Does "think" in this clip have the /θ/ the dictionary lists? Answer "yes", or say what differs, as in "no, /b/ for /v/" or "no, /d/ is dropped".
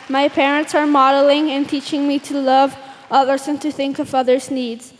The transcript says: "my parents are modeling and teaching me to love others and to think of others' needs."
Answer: yes